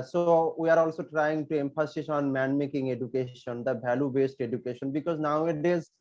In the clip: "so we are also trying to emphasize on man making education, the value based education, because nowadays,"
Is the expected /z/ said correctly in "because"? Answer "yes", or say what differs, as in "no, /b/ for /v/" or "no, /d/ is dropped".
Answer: yes